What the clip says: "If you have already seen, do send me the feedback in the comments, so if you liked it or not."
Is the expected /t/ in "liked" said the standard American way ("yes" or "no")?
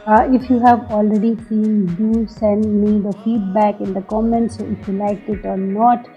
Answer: no